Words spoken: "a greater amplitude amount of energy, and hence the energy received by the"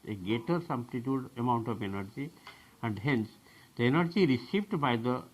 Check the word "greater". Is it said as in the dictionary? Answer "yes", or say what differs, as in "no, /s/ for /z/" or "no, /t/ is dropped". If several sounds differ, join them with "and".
no, /ɹ/ is dropped